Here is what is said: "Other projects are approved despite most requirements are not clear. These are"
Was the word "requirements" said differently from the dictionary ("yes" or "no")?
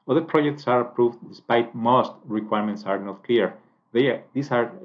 no